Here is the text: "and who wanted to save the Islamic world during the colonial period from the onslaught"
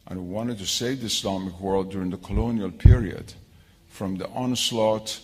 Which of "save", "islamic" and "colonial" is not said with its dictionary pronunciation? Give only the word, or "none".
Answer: islamic